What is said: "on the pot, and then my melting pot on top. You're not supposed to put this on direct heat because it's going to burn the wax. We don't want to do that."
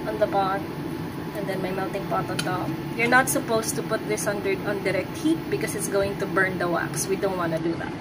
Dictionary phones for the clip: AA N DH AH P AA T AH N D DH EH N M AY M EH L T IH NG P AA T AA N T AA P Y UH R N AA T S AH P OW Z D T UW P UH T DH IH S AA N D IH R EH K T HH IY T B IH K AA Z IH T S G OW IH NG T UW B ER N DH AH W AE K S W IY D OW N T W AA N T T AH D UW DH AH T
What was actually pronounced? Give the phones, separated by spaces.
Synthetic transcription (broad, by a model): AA N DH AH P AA T AH N D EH N M AY M EH L T IH NG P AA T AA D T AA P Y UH R N AA T S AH P OW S T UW P UH T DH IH S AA N D IH R EH K T HH IY T B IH K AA S IH T S G OW IH NG T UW B ER N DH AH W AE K S W IY D OW N T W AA N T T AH D UW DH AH T